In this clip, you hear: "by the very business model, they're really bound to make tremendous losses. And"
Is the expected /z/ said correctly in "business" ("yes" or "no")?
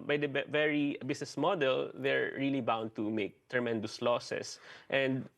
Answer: no